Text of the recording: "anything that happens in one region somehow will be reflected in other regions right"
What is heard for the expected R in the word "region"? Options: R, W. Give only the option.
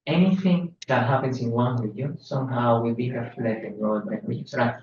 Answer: W